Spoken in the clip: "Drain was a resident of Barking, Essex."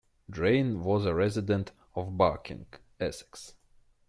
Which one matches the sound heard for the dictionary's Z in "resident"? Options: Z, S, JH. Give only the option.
Z